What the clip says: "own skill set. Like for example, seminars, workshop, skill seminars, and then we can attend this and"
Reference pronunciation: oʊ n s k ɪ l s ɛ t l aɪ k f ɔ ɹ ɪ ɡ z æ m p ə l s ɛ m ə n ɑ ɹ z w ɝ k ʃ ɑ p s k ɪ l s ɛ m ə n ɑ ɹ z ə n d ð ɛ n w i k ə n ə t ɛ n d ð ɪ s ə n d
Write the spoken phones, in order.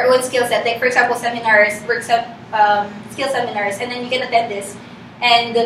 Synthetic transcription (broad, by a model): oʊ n s k ɪ l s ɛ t l aɪ k f ɔ ɹ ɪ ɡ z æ m p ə l s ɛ m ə n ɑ ɹ s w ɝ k s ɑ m s k ɪ l s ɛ m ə n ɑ ɹ s ə n d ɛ n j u k ə n ə t ɛ n d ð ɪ s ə n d